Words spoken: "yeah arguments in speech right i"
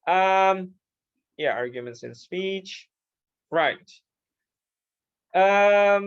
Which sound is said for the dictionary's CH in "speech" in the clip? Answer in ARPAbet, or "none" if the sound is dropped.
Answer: CH